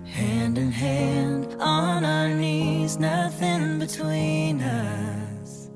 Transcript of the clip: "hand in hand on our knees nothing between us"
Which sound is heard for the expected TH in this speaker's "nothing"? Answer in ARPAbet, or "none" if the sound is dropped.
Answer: TH